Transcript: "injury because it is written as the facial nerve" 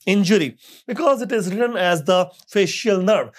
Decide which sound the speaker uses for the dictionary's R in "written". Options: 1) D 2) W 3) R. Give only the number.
3